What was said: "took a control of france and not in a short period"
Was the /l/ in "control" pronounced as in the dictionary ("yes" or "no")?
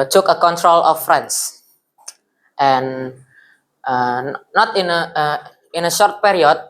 yes